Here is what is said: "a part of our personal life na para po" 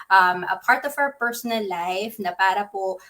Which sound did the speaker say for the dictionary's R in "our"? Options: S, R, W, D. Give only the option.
W